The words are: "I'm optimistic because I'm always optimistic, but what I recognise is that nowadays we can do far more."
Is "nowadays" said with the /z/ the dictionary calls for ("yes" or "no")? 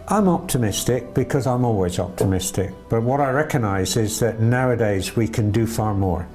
yes